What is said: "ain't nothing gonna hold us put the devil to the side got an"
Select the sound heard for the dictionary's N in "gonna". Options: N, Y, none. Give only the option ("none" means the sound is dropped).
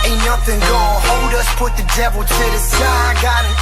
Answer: none